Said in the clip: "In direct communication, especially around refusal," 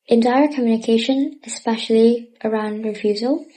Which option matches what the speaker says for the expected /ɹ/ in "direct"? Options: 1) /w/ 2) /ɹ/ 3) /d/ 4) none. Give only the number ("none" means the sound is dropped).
4